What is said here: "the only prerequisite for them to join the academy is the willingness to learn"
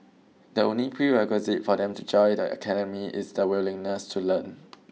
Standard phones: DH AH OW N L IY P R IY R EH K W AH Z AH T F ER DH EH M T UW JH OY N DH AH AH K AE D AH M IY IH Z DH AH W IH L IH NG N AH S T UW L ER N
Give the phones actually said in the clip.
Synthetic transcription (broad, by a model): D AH OW N L IY P R IY R EH K W AH Z AH T F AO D EH M T UW JH OY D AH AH K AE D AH M IY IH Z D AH W IH L IH NG N AH S T UW L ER N